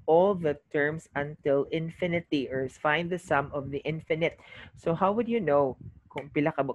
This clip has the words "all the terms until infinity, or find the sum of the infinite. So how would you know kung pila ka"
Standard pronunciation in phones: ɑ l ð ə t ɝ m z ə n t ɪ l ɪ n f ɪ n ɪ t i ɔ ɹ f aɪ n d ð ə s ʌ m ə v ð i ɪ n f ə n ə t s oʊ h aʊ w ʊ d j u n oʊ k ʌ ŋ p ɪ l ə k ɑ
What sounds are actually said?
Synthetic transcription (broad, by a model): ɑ l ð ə t ɝ m s ə n t ɪ l ɪ n f ɪ n ɪ t i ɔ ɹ f aɪ n d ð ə s ʌ m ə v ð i ɪ n f ə n ə t s oʊ h aʊ w ʊ d j u n oʊ k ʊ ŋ p ɪ l ə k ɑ